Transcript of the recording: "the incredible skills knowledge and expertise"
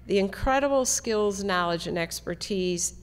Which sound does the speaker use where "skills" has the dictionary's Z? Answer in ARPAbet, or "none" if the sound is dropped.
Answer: Z